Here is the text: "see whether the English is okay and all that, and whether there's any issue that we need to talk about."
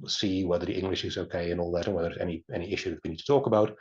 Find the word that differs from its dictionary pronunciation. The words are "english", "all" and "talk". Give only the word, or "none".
none